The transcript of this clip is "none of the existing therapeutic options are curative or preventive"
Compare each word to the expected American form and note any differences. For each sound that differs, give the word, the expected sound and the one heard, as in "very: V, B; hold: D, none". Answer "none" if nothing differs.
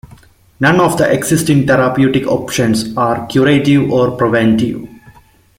existing: Z, S; therapeutic: TH, T; options: Z, S